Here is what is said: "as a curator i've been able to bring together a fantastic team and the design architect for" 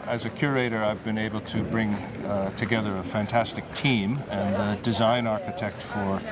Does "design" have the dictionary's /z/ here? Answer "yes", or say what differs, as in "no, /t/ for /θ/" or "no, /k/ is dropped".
yes